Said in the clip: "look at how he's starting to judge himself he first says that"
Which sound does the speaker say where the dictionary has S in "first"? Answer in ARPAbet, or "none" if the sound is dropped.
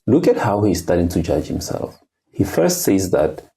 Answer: S